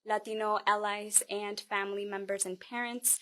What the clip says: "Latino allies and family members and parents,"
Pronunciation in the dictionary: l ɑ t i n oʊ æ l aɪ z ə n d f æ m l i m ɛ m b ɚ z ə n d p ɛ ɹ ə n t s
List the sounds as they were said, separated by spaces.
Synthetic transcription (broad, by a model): l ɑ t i n oʊ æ l aɪ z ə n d f æ m l i m ɛ m b ɚ z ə n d p ɛ ɹ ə n t s